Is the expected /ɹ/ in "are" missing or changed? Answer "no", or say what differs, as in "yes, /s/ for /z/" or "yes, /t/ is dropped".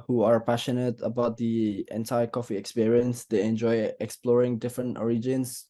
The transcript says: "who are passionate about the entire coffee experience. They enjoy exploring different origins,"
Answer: no